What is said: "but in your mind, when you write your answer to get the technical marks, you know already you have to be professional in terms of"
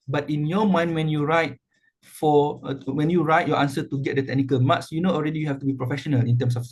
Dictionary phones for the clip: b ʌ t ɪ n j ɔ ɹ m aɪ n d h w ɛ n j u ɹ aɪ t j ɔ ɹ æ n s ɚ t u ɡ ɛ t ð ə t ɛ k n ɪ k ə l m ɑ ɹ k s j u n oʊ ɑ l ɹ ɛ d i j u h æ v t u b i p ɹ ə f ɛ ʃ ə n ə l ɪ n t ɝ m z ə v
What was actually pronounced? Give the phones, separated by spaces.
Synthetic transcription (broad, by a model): b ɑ t ɪ n j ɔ m aɪ n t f w ɛ n j u ɹ aɪ t j ɔ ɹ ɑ n s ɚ t u ɡ ɛ t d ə t ɛ k n ɪ k ə l m ɑ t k s j u n oʊ ɑ l ɹ ɛ d i j u h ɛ f t u b i p ɹ ə f ɛ ʃ ə n ə l ɪ n t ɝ m s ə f